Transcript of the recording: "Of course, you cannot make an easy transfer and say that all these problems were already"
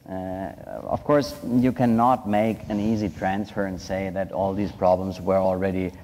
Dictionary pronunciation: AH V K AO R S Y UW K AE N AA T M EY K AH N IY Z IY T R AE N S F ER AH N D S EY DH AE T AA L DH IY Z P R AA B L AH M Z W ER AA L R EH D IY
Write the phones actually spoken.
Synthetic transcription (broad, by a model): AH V K AO R S Y UW K AE N AA T M EY K AH N IY Z IY T R AE N S F ER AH N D S EY DH AE T AA L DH IY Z P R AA B L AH M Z W ER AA L R EH D IY